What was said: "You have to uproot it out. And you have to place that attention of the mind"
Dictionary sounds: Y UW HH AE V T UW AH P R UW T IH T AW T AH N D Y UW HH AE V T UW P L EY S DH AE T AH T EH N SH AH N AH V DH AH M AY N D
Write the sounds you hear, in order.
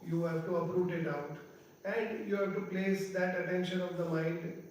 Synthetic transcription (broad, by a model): Y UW HH AE V T UW AH P R UW T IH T AW T AH N D Y UW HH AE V T UW P L EY S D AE T AH T EH N SH AH N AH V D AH M AY N D